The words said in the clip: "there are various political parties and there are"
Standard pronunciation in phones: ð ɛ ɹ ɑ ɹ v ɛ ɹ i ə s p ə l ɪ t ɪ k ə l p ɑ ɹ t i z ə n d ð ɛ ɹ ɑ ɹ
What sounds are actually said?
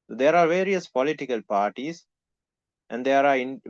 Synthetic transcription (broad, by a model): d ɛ ɹ ɑ ɹ v ɛ ɹ i ə s p ə l ɪ t ɪ k ə l p ɑ ɹ t i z ə n d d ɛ ɹ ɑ ɹ